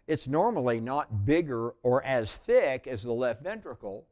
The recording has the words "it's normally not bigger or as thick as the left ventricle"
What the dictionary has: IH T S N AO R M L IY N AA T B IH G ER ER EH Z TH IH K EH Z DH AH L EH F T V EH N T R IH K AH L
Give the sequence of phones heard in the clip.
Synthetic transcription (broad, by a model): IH T S N AO R M L IY N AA T B IH G ER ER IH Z TH IH K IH Z DH AH L EH F T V EH N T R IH K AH L